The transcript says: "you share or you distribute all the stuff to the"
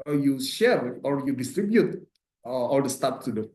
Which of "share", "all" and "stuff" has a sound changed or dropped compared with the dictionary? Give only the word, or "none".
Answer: stuff